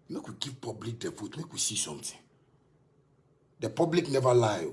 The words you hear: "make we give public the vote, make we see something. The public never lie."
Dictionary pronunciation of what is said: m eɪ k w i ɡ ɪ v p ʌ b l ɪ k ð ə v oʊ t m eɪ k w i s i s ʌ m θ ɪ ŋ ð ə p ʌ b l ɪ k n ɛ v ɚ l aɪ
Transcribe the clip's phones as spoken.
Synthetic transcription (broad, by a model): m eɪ k w i ɡ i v p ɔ b l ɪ k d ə f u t m eɪ k w i s i s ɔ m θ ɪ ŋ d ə p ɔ b l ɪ k n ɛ v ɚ l aɪ